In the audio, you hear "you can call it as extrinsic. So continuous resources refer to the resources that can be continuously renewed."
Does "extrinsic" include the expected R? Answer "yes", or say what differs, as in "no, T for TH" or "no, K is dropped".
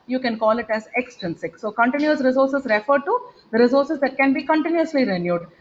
no, R is dropped